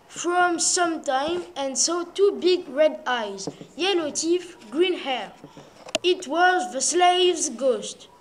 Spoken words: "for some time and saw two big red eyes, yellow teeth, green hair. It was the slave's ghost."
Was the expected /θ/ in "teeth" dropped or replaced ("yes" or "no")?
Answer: yes